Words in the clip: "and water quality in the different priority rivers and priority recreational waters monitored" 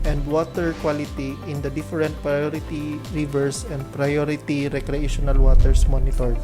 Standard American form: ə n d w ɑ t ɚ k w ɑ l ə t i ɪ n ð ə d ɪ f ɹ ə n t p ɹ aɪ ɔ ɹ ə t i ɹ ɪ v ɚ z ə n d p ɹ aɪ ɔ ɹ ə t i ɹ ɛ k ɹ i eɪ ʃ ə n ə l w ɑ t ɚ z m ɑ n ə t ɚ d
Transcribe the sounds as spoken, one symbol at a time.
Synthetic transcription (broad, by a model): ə n d w ɑ t ɚ k w ɑ l ə t i ɪ n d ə d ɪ f ɹ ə n t p ɹ aɪ ɔ ɹ ə t i ɹ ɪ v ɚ s ə n d p ɹ aɪ ɔ ɹ ə t i ɹ ɛ k ɹ i eɪ ʃ ə n ə l w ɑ t ɚ s m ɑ n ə t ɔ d